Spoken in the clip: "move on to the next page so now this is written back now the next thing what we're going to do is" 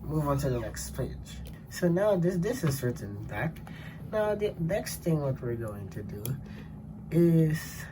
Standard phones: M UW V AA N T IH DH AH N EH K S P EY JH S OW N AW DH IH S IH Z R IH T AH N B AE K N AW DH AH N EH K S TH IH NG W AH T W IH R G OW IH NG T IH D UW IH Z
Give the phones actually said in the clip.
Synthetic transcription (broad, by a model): M UW V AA N T IH DH AH N EH K S P EY JH S OW N AW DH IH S IH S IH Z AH N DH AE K N AW DH AH N EH K S TH IH NG W AH T W IH R G OW IH NG T IH D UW IH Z